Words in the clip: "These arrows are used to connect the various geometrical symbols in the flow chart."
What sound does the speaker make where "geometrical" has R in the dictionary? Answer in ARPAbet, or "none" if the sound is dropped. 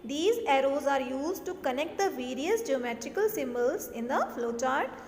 R